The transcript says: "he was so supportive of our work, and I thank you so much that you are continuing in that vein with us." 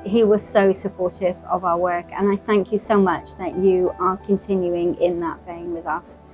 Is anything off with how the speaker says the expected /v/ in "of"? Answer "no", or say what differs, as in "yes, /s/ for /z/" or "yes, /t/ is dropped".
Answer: no